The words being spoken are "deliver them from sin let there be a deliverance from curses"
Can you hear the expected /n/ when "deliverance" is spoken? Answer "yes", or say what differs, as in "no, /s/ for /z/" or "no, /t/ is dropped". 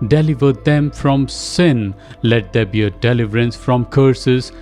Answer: yes